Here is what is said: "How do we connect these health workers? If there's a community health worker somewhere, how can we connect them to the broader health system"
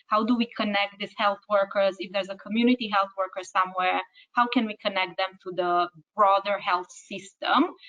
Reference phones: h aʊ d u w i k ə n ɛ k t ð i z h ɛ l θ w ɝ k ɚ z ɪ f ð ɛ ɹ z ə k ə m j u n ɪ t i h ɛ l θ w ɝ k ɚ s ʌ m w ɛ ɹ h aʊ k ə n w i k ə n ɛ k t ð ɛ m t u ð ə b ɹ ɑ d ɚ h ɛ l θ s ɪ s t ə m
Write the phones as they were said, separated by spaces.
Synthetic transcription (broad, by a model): h aʊ d u w i k ə n ɛ k t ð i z h ɛ l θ w ɝ k ɚ z ɪ f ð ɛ ɹ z ə k ə m j u n ɪ t i h ɛ l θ w ɝ k ɚ s ʌ m w ɛ ɹ h aʊ k ə n w i k ə n ɛ k t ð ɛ m t u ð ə b ɹ ɑ d ɚ h ɛ l θ s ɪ s t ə m